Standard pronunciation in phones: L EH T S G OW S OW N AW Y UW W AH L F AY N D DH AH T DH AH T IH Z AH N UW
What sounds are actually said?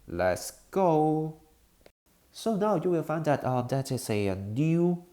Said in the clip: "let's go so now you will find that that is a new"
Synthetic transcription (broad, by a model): L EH T S G OW S OW N AW Y UW W AH L F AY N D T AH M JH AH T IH S AH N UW